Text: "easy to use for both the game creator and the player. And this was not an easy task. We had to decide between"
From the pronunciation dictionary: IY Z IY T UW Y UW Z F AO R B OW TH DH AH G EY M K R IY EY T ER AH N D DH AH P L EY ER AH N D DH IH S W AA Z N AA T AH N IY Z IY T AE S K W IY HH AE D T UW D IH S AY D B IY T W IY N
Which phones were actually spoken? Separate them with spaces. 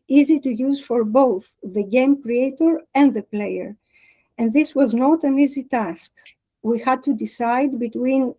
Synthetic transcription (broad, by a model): IY Z IY T UW Y UW Z F AO R B OW TH DH AH G EY M K R IY EY T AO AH N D DH AH P L EY ER AH N D DH IH S W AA Z N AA T AH N IY Z IY T AE S K W IY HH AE D T UW D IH S AY D B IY T W IY N